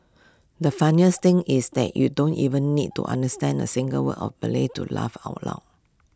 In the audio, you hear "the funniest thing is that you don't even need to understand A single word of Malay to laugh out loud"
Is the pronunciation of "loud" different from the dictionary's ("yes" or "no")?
yes